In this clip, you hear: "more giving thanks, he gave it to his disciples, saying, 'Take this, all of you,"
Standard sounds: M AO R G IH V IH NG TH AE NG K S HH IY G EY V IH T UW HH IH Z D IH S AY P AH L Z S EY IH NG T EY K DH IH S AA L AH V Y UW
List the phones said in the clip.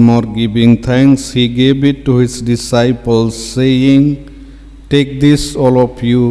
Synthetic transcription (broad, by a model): M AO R G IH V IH NG T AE NG K S HH IY G EY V IH T UW HH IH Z D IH S AY P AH L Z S EY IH NG T EY K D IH S AA L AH P Y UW